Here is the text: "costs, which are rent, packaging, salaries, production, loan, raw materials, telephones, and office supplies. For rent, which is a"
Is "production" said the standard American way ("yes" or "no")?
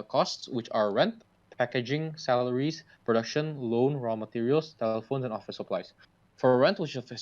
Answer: yes